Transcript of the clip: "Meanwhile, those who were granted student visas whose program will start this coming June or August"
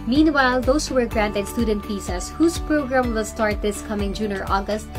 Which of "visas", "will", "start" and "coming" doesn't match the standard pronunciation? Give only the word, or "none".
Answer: visas